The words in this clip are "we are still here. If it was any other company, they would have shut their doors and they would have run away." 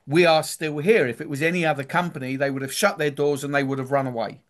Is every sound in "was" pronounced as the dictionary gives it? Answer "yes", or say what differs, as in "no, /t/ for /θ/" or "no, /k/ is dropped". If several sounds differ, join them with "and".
yes